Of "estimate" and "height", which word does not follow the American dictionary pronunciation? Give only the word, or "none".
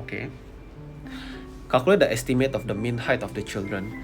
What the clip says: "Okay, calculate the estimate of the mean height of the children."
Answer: none